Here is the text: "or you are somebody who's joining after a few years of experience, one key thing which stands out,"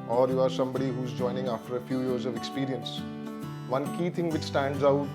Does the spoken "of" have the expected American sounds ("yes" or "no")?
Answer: yes